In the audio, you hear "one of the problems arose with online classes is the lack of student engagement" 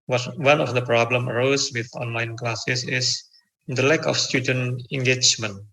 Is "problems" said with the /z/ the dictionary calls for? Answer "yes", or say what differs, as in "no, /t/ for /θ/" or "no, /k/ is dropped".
no, /z/ is dropped